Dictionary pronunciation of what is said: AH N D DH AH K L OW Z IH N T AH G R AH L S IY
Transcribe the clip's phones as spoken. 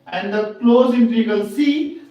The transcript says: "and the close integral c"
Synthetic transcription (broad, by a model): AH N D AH K L OW Z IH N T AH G AH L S IY